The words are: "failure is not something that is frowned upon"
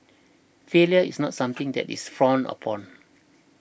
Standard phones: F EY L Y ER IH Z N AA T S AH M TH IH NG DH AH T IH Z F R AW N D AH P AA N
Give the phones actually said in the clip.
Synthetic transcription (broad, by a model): F EY L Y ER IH S N AA T S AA M T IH NG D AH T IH S F R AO N AH P AA N